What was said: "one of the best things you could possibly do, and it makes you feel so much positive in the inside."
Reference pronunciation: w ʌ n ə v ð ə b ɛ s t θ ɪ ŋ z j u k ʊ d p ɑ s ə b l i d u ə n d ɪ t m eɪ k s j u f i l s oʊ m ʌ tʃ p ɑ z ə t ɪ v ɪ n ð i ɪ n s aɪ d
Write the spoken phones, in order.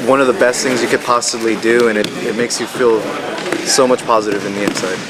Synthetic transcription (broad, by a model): w ʌ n ə v ð ə b ɛ s t θ ɪ ŋ z j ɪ k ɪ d p ɑ s ə b l i d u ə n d ɪ t m eɪ k s j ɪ f i l s oʊ m ʌ tʃ p ɑ z ə t ɪ v ɪ n ð i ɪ n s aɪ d